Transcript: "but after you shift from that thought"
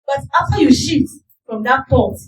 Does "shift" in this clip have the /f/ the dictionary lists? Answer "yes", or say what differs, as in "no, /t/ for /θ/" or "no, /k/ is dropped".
no, /f/ is dropped